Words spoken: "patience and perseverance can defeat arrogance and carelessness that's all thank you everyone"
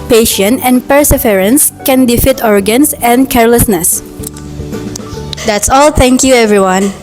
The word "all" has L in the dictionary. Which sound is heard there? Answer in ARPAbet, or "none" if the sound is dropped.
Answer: L